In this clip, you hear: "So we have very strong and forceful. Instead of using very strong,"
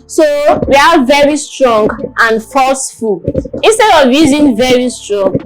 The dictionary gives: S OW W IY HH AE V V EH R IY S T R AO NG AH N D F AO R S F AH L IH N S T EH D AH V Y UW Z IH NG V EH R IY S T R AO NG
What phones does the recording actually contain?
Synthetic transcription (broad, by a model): S OW W IY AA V V EH R IY S T R AO NG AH N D F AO L S F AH L IH N S T EH D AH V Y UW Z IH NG V EH R IY S T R AO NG